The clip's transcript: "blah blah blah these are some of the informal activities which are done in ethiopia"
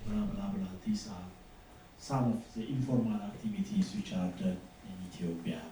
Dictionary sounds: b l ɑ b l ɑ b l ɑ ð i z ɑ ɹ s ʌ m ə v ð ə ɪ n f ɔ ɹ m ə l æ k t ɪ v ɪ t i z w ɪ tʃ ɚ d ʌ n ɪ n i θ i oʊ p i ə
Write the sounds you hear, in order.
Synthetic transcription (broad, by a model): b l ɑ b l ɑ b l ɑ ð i s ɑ l s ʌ m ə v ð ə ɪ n f ɔ ɹ m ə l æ k t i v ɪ t i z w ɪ tʃ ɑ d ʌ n ɪ n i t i oʊ p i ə